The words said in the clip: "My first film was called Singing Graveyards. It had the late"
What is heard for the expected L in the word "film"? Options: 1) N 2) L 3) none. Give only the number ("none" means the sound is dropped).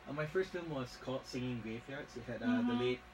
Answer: 3